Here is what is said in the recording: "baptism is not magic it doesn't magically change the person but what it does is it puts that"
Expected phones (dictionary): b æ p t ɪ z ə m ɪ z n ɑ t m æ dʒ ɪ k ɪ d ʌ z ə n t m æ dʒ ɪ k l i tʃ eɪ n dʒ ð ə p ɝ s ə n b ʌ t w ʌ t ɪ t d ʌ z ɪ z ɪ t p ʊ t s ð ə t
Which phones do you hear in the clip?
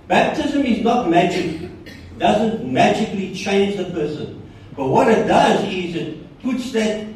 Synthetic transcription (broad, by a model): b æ p t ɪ z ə m ɪ z n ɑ t m æ dʒ ɪ k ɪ d ʌ z ə n t m æ dʒ ɪ k l i tʃ eɪ n dʒ ð ə p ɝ s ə n b ʌ t w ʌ t ɪ t d ʌ z ɪ z ɪ t p ʊ t s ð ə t